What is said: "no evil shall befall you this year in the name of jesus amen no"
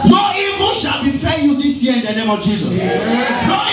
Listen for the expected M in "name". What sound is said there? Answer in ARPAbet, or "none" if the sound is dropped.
M